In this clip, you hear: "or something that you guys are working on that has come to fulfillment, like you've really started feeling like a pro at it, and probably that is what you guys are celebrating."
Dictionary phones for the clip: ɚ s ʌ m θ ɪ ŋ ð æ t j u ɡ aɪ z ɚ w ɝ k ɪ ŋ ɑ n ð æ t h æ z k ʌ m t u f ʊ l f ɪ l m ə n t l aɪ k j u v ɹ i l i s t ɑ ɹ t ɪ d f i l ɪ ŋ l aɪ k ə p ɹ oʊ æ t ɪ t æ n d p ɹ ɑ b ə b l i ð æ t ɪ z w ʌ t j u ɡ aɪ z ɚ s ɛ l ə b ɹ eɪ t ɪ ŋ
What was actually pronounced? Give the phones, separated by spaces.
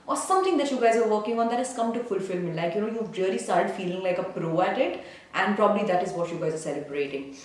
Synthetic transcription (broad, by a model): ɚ s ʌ m t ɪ ŋ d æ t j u ɡ aɪ z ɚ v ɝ k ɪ ŋ ɑ n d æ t h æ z k ʌ m t u f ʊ l f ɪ l m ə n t l aɪ k j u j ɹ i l i s t ɑ ɹ t ɪ d f i l ɪ ŋ l aɪ k ə p ɹ oʊ æ t ɪ t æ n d p ɹ ɑ b ə b l i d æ t ɪ z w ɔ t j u ɡ aɪ z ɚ s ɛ l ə b ɹ eɪ t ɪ ŋ